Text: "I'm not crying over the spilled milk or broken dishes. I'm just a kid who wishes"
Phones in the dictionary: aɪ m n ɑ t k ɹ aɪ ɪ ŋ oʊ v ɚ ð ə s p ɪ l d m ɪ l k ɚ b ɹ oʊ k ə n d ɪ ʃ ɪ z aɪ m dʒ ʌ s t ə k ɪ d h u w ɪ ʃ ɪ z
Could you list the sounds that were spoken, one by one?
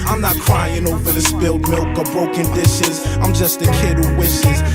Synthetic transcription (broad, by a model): aɪ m n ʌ t k ɹ aɪ ɪ ŋ oʊ v ɚ ð ə s b ɪ l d m ɪ l k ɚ b ɹ oʊ k ə n d ɪ ʃ ɪ z aɪ m dʒ ʌ s t ə k ɪ d h u w ɪ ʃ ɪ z